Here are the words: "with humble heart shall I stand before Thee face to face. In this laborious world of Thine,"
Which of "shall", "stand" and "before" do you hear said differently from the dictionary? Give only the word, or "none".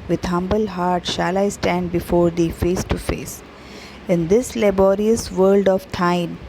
none